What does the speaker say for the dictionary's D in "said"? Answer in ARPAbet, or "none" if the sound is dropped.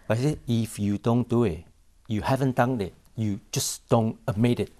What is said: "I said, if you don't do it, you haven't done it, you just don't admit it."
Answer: none